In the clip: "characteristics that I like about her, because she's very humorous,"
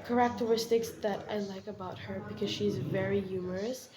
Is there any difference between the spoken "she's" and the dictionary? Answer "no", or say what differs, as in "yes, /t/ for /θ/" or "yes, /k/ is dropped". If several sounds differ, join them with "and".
no